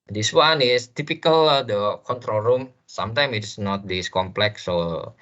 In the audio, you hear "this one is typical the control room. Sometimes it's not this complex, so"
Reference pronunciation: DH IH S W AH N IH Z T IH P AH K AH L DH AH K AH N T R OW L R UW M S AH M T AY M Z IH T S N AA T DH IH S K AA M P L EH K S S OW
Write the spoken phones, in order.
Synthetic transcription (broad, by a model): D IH S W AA N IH S T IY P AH K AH L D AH K AH N T R OW L R UW M S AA M T AY M IH T S N AA T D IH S K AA M P L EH K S S OW